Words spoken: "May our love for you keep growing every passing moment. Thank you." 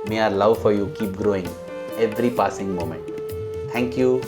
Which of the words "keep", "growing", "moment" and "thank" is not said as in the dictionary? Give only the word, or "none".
thank